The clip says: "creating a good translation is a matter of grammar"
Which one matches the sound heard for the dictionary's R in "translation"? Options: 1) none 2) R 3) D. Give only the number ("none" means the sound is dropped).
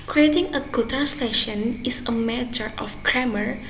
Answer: 1